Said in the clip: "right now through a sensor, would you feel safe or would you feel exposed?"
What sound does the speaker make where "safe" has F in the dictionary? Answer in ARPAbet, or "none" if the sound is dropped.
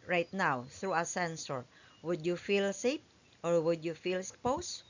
P